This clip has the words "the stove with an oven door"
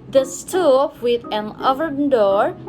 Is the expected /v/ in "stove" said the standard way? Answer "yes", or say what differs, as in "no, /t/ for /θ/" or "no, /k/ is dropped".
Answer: no, /p/ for /v/